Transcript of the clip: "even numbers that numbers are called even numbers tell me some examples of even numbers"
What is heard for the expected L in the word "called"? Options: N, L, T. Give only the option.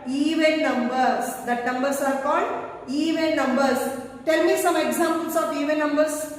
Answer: L